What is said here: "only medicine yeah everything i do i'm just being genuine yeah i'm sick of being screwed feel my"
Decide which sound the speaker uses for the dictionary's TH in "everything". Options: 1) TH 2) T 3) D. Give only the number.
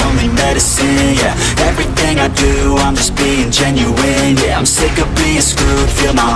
1